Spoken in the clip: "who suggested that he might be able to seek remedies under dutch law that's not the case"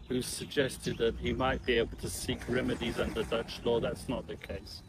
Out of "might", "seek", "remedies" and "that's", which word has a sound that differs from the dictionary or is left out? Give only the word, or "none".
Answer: none